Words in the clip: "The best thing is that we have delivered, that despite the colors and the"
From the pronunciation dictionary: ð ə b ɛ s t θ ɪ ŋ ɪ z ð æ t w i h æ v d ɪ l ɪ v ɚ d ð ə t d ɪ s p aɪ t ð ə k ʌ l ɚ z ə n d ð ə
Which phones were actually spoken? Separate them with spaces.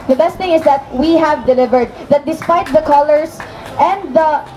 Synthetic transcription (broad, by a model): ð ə b ɛ s t θ ɪ ŋ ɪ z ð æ t w i h æ v d ɪ l ɪ v ɚ d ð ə t d ɪ s p aɪ t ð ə k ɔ l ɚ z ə n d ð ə